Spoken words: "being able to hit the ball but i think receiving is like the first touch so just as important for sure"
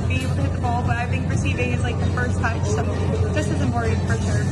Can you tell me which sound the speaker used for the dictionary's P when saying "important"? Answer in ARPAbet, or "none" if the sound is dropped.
none